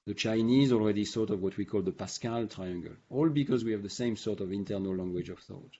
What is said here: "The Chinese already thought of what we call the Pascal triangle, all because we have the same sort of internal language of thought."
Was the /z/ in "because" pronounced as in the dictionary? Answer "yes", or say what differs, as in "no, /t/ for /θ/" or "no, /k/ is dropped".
yes